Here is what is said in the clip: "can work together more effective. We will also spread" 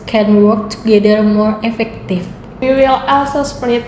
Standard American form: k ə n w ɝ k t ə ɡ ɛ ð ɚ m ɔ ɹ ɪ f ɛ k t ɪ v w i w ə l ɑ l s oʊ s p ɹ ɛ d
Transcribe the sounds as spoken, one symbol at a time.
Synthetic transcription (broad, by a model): k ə n w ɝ k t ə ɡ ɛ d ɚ m ɔ ɹ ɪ f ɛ k t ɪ f w i w ə l ɑ l s oʊ s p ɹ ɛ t